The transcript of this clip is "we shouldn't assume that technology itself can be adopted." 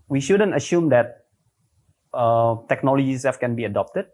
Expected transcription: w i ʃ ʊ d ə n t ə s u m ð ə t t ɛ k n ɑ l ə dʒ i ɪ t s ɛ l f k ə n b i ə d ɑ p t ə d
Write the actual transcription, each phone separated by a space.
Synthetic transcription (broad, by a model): w i ʃ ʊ d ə n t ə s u m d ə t t ɛ k n ɑ l ə dʒ i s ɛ f k ə n b i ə d ɑ p t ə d